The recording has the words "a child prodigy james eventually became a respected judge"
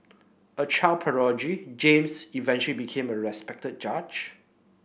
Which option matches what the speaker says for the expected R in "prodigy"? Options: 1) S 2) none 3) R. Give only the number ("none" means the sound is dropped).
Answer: 2